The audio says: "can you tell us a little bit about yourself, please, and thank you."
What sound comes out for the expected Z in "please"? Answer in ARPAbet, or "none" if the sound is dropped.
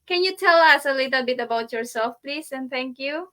S